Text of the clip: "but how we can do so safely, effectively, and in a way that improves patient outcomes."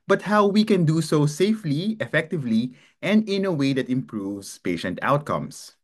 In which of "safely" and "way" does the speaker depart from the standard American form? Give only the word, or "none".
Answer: none